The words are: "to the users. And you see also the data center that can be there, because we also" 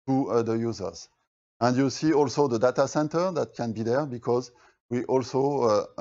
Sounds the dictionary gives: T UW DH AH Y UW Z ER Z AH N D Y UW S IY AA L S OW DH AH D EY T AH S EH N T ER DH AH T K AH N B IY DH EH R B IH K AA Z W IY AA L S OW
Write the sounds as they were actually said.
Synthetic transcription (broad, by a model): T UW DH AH Y UW Z ER Z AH N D Y UW S IY AA L S OW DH AH D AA T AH S EH N T ER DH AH T K AH N B IY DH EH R B IH K AA Z W IY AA L S OW